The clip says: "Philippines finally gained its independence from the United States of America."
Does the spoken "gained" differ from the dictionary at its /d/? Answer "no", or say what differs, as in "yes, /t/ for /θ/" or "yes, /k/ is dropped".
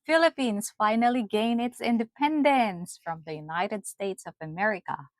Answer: yes, /d/ is dropped